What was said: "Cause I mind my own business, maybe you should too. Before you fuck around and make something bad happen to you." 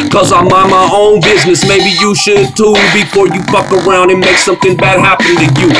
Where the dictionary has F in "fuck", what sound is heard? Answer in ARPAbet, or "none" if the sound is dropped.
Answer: P